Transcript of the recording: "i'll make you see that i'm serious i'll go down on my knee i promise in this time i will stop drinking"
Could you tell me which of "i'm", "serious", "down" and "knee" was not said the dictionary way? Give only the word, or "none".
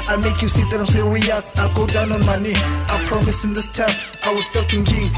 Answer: serious